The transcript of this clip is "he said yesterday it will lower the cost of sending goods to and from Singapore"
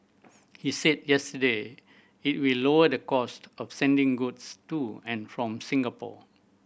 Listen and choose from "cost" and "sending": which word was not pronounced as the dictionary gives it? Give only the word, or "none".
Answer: none